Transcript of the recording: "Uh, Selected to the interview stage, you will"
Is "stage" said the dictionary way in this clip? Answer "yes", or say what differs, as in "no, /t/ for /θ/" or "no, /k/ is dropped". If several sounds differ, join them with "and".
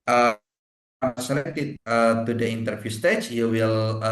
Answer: no, /tʃ/ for /dʒ/